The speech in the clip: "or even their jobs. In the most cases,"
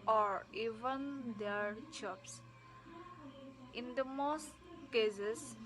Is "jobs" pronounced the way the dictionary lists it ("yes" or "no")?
no